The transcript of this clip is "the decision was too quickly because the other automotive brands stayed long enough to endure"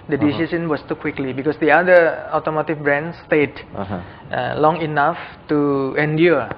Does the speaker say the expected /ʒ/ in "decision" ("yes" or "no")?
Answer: no